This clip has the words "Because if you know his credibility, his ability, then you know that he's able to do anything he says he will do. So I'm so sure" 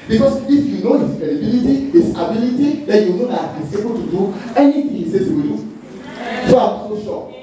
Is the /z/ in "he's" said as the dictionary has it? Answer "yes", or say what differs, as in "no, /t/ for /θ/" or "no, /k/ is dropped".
no, /s/ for /z/